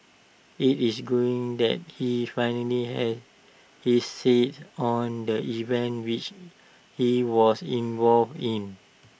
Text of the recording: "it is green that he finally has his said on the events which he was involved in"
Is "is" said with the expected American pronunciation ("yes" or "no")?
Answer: no